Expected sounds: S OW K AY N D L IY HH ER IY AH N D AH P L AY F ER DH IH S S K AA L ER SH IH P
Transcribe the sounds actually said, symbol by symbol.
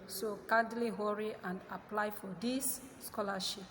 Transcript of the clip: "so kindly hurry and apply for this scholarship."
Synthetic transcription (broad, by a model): S OW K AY D L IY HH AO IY AH N D AH P L AY F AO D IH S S K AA L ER SH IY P